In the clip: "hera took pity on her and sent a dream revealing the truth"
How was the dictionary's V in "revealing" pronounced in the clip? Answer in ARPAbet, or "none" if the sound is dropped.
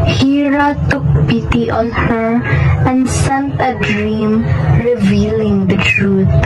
V